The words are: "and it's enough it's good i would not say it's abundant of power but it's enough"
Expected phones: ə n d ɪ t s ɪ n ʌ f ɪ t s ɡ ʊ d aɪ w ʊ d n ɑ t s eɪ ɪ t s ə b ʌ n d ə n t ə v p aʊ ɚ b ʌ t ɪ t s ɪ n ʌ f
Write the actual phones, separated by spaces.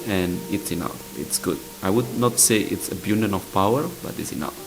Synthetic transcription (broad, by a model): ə n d ɪ t s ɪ n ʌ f ɪ t s ɡ ʊ d aɪ w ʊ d n ɑ t s eɪ ɪ t s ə b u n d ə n ə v p aʊ ɚ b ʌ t ɪ t s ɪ n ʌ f